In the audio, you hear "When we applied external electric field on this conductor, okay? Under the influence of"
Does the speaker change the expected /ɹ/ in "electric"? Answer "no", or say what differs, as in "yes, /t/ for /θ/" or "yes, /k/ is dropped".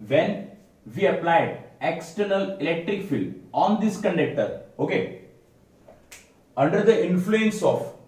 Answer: no